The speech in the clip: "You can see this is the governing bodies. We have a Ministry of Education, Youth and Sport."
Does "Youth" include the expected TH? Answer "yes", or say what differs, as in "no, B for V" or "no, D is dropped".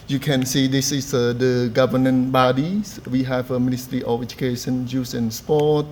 no, S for TH